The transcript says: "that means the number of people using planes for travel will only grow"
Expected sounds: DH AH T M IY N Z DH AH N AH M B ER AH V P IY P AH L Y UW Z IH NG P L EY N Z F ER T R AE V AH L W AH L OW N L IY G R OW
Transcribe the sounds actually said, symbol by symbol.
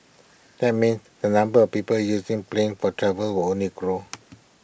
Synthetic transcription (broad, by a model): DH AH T M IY N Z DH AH N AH M B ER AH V P IY P AH L Y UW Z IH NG P L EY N F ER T R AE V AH L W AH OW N IY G R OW